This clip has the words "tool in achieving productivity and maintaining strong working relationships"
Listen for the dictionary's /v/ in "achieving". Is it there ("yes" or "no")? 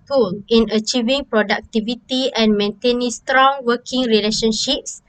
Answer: yes